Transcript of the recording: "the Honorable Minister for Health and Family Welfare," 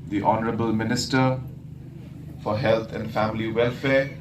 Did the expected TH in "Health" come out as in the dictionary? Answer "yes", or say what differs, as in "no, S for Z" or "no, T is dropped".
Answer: no, T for TH